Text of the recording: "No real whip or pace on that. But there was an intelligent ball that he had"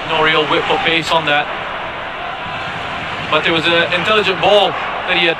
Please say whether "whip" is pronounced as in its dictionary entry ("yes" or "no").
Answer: no